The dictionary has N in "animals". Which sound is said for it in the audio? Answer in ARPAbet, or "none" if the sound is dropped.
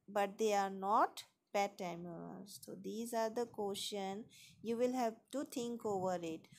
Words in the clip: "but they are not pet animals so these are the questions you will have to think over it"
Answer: none